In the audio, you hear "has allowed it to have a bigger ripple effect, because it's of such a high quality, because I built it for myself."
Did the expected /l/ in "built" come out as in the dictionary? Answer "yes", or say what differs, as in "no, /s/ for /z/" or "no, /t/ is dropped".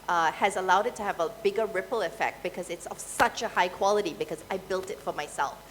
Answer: yes